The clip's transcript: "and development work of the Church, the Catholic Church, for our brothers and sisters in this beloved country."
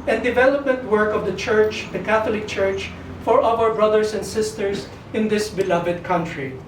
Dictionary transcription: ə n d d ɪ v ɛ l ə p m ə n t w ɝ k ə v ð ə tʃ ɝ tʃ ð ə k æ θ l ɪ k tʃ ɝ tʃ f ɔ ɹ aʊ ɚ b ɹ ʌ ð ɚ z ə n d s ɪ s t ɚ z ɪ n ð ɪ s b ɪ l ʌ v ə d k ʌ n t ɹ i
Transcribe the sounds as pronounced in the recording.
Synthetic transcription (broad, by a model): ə n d d ɪ v ɛ l ə p m ə n t w ɝ k ə v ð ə tʃ ɝ tʃ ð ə k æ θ l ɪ k tʃ ɝ tʃ f ɔ ɹ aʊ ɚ b ɹ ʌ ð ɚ s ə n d s ɪ s t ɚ s ɪ n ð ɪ s b ɪ l ʌ v ə d k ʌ n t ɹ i